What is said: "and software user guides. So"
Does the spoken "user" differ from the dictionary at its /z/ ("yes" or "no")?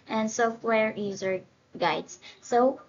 no